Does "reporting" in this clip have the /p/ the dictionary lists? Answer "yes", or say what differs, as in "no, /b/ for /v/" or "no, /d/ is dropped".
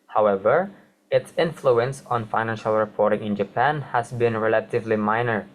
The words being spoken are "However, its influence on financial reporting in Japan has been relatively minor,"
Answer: yes